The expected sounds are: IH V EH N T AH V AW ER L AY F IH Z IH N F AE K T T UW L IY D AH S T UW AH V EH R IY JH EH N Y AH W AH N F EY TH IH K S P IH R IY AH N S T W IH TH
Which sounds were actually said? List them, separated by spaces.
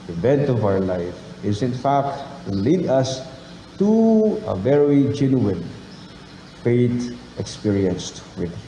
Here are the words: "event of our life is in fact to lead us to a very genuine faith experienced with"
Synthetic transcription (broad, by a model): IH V EH N T AH V AW ER L AY F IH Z IH N F AE K T T UW L IY D AH S T UW AH V EH R IY JH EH N Y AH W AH N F EY T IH K S P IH R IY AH N S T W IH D